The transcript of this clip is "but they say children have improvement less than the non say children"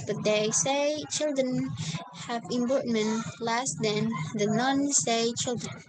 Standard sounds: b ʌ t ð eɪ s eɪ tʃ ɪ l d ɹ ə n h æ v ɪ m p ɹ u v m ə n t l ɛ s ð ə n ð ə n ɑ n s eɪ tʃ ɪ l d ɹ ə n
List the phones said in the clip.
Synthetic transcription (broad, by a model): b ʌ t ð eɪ s eɪ tʃ ɪ l d ɹ ə n h æ v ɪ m b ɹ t m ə n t l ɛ s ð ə n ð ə n ɑ n s eɪ tʃ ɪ l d ɹ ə n